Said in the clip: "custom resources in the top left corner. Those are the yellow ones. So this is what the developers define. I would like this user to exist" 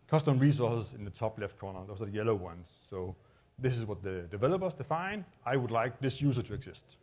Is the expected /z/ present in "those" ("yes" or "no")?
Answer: no